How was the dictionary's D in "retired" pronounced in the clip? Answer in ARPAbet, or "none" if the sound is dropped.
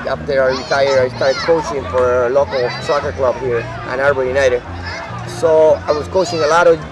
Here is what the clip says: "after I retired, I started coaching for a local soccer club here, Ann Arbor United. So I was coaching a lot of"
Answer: none